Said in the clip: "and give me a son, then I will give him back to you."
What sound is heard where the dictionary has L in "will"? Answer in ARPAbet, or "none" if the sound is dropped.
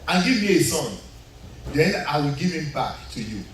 L